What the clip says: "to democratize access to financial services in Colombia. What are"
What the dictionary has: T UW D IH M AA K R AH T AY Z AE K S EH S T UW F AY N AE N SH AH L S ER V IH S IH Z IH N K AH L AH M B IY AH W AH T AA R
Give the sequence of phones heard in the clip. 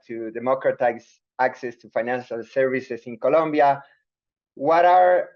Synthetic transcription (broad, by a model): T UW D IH M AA K R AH T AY S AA K S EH S T UW F AY N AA N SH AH L S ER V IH S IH S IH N K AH L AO M B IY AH W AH T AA R